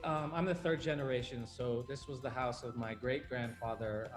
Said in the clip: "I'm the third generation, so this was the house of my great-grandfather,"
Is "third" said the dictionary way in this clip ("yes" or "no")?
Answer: yes